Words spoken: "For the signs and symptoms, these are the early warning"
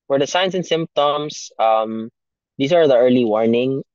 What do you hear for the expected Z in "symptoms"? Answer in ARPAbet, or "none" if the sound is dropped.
S